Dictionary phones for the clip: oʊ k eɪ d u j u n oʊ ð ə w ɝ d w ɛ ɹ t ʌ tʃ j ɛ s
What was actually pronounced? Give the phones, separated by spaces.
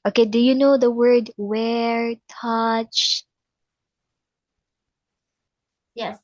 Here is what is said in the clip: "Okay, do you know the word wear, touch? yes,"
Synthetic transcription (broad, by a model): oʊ k eɪ d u j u n oʊ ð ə w ɝ d w ɛ ɹ t ʌ tʃ j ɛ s